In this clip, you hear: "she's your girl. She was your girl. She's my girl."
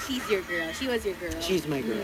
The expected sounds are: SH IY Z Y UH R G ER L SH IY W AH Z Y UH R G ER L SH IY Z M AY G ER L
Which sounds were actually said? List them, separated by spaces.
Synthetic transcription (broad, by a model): SH IY Z Y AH R G ER L SH IY W AH Z Y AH R G ER L SH IY Z M AY G ER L